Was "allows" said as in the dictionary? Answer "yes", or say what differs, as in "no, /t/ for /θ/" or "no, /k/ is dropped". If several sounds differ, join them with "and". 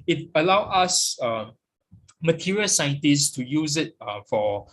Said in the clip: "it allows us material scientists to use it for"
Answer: no, /z/ is dropped